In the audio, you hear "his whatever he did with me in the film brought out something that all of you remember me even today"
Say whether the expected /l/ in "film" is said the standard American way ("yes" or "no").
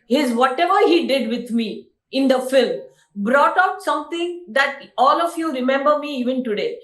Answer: yes